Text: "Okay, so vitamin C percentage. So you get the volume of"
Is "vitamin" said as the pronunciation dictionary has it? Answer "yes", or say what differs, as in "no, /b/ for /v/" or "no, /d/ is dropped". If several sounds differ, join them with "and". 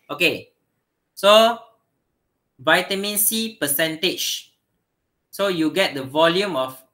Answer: yes